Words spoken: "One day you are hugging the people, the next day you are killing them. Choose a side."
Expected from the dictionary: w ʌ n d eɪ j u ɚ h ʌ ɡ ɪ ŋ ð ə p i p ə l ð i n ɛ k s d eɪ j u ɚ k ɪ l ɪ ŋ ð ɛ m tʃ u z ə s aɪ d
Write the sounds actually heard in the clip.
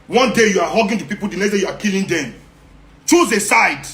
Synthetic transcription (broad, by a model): w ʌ n d eɪ j u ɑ h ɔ ɡ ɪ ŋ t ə p i p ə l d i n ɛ s d eɪ j u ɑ k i l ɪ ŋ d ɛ m tʃ u z ə s aɪ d